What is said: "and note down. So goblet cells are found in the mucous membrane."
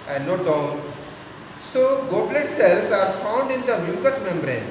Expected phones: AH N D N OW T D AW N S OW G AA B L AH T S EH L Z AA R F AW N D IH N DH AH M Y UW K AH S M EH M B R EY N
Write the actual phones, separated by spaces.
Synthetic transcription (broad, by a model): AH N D N OW T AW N S OW G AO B L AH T S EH L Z AA R F AW N D IH N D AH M Y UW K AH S M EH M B R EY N